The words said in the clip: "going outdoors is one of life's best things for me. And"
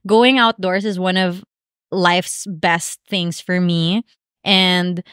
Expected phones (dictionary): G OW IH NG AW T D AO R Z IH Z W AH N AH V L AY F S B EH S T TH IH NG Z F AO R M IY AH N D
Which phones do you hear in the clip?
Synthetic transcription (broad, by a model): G OW IH NG AW T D AO R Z IH Z W AH N AH V L AY F S B EH S T TH IH NG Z F AO R M IY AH N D